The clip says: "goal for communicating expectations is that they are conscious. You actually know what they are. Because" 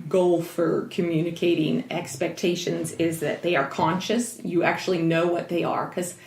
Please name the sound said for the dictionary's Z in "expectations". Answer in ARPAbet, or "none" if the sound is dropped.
Z